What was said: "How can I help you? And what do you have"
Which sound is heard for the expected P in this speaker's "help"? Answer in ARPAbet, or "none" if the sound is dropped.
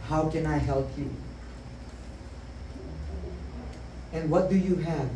P